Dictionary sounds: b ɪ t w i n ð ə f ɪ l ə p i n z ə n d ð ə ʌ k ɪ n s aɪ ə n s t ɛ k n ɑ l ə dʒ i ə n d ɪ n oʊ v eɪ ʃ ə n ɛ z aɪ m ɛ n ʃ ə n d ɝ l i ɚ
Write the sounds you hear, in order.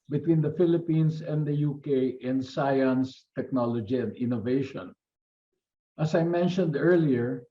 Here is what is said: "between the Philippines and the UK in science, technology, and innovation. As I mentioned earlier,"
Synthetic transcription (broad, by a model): b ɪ t w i n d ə f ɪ l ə p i n s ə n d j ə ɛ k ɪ n s aɪ ə n s t ɛ k n ɑ l ə dʒ i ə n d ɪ n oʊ v eɪ ʃ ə n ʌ s aɪ m ɛ n ʃ ə n d ɝ l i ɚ